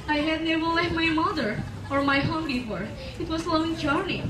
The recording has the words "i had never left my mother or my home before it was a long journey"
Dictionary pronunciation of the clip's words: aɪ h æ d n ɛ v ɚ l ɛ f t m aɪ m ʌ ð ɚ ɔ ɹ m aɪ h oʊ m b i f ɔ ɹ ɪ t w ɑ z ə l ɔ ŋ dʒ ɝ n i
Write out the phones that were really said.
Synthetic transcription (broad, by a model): aɪ h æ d n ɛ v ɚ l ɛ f m aɪ m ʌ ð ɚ ɔ ɹ m aɪ h oʊ m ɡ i p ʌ ɹ ɪ t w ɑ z ə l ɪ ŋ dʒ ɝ n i